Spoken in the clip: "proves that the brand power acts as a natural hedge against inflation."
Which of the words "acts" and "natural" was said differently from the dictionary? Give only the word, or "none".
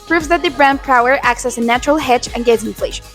none